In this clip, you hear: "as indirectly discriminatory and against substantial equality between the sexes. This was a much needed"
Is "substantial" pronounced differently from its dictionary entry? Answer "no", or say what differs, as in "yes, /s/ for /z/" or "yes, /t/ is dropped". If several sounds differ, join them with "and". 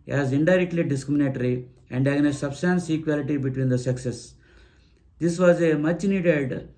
yes, /s/ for /ʃ/